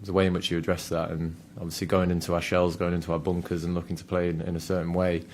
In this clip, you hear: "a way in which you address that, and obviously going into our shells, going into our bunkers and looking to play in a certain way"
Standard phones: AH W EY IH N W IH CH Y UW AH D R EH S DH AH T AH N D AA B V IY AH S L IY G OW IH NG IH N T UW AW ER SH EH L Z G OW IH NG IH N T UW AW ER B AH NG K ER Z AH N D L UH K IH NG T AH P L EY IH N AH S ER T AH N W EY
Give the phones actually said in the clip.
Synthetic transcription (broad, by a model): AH W EY IH N W IH CH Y AH D R EH S DH AH T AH N AA B V IY AH S L IY G OW IH NG IH N T UW AW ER SH EH L Z G OW IH NG IH N T UW AW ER B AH NG K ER Z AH N L UH K IH NG T AH P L EY IH N AH S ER T N W EY